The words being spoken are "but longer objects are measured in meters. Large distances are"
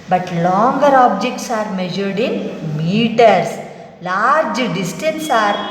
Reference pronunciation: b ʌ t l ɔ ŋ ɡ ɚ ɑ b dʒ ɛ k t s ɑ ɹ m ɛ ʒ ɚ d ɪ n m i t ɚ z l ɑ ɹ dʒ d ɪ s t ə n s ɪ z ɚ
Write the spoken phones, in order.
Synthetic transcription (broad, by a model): b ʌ t l ɔ ŋ ɡ ɚ ɑ b dʒ ɛ k t s ɑ ɹ m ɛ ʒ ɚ d ɪ n m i t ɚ s l ɑ ɹ dʒ d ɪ s t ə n s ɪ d